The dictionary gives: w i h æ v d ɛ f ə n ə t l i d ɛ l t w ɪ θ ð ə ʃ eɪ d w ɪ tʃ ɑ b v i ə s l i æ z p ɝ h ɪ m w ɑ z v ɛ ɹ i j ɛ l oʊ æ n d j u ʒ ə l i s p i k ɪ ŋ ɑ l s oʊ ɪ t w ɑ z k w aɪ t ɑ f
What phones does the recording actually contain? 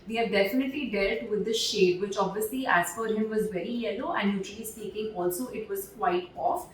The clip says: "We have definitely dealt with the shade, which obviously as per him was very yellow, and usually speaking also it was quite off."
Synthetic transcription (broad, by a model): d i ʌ d ɛ f ə n ə t l i d ɛ l t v ɪ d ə ʃ eɪ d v ɪ tʃ ɑ b v i ə s l i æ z f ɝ h ɪ m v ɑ z v ɛ ɹ i j ɛ l oʊ æ n d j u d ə l i s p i k ɪ ŋ ɑ l s oʊ ɪ t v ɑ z k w aɪ t ɑ f